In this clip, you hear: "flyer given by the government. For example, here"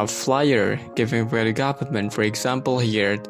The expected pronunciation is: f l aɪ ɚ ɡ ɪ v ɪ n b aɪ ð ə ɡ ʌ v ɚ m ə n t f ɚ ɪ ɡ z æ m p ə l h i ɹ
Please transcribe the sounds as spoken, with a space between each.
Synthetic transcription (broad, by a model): f l aɪ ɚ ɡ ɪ v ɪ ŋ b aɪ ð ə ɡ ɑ p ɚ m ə n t f ɚ ɪ ɡ z æ m p ə l h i ɹ